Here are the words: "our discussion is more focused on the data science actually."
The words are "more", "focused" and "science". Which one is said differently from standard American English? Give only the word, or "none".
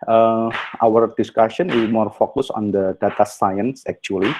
focused